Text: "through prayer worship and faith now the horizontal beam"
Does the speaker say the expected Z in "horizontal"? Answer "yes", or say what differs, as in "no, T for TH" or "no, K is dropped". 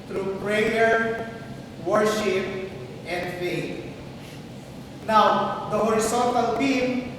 no, S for Z